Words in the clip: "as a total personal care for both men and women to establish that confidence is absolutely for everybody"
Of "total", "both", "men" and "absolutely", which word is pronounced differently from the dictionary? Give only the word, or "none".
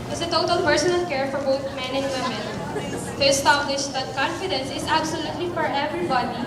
both